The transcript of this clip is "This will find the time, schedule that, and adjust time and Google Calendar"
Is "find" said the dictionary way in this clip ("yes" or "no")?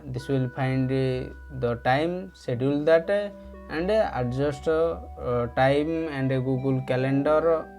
no